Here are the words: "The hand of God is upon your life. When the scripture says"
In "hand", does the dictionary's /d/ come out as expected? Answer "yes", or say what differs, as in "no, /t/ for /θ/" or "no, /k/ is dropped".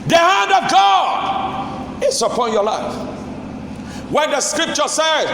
yes